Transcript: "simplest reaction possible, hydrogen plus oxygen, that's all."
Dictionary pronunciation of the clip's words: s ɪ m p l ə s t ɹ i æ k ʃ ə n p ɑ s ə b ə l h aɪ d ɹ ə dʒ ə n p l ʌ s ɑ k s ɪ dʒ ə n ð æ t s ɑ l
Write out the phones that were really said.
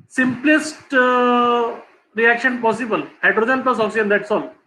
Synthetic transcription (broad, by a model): s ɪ m p l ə s t ɹ i æ k ʃ ə n p ɑ s ə b ə l h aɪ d ɹ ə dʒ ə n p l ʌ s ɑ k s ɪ ə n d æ t s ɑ l